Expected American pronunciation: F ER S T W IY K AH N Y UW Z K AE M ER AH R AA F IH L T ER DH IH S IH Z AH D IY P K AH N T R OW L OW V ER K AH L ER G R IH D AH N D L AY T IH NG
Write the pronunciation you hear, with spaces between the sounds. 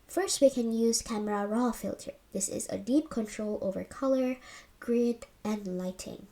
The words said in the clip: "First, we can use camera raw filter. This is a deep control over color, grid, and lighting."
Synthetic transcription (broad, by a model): F ER S T W IY K AH N Y UW Z K AE M ER AH R AA F IH L T ER DH IH S IH Z AH D IY P K AH N T R OW L OW V ER K AH L ER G R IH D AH N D L AY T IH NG